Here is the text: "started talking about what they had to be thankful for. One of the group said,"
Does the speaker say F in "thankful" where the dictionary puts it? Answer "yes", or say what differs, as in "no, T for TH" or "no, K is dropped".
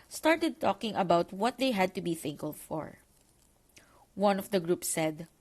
no, F is dropped